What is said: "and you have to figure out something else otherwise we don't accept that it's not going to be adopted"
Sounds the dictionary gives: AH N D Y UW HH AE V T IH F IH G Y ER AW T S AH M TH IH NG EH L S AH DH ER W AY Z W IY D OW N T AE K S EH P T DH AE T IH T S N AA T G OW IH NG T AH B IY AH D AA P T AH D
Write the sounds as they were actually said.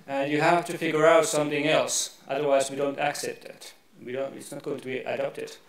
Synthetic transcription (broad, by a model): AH N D Y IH HH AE F T IH F IH G Y ER AW T S AH M TH IH NG EH L S AH DH ER W AY Z W IY D OW N T AE K S EH P T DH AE T IH T S N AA T G OW IH NG T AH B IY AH D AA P T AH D